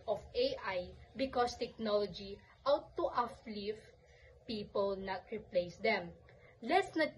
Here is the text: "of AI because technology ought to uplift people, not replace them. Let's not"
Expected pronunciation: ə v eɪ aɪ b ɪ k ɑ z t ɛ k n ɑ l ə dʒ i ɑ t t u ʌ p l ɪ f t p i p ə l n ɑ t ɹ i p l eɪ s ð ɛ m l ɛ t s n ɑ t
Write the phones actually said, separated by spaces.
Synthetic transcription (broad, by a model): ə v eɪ aɪ b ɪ k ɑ s t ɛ k n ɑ l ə dʒ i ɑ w t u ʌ f l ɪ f p i p ə l n ɑ t ɹ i p l eɪ s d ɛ m l ɛ t s n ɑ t